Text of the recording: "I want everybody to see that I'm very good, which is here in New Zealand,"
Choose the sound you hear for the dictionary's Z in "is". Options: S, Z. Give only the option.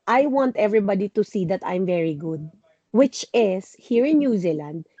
S